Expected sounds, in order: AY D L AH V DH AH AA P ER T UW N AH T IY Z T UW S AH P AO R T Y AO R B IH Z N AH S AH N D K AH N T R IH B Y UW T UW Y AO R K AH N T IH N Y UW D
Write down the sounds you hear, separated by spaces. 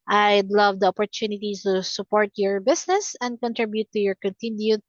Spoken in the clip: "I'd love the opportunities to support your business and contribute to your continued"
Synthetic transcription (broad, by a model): AY D L AH V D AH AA P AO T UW N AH T IY S T UW S AH P AO R T Y AO R B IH S N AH S AH N D K AH N T R IH B Y UW T UW Y AO R K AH N T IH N Y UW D